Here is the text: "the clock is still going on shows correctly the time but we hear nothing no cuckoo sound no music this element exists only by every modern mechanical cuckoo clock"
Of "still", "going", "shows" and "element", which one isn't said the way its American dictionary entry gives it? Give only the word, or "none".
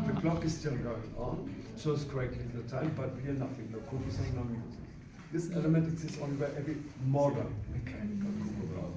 shows